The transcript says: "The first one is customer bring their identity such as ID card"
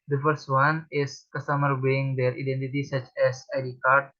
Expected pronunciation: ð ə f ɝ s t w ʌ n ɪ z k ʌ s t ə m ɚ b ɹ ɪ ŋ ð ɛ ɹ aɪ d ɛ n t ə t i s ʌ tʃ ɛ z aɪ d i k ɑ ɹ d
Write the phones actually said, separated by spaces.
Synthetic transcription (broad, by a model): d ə f ɝ s t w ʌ n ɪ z k ʌ s t ə m ɚ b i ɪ ŋ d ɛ ɹ aɪ d ɛ n t ə t i s ʌ tʃ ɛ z aɪ d i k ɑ ɹ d